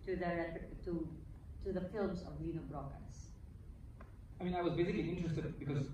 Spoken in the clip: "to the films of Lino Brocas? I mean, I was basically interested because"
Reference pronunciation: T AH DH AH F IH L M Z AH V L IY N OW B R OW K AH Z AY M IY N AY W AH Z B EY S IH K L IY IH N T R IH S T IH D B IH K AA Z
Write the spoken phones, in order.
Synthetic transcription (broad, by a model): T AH DH AH F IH L M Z AH V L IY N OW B R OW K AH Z AY M IY N AY W AH Z B EY S IH K L IY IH N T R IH S T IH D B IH K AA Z